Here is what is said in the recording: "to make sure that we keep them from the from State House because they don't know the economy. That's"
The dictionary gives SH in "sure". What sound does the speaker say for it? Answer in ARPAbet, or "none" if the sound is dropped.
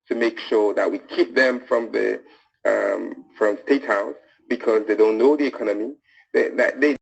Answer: SH